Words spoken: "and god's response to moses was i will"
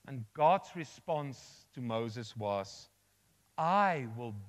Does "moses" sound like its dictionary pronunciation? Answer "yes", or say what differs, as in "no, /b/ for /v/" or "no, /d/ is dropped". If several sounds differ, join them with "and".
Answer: yes